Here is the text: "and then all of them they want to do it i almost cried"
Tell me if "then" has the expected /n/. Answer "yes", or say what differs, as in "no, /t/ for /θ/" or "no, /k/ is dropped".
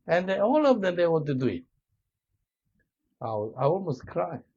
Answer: no, /n/ is dropped